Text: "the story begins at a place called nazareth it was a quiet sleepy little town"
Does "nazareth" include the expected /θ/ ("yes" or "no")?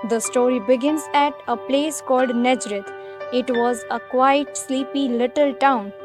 no